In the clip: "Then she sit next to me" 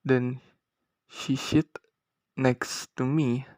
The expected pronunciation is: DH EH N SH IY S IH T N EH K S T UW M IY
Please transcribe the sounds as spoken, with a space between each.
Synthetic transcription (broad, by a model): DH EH N SH IY SH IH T N EH K S T UW M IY